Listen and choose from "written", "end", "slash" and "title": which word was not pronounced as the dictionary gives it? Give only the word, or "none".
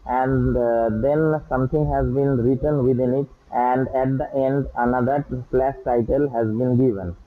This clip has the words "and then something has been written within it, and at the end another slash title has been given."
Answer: slash